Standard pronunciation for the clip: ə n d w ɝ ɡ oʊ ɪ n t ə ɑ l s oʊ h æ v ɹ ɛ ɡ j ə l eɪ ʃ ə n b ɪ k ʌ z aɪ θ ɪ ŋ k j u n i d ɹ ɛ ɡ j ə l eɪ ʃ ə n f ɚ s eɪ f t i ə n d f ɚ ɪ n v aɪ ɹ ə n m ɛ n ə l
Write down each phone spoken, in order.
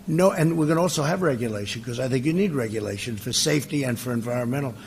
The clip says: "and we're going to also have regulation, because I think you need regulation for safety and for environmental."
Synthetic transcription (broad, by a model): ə n w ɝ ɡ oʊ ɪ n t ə ɑ l s oʊ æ v ɹ ɛ ɡ j ə l eɪ ʃ ə n k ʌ z aɪ θ ɪ ŋ k j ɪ n i d ɹ ɛ ɡ j ə l eɪ ʃ ə n f ɚ s eɪ f t i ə n f ɚ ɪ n v aɪ ɹ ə n m ɛ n l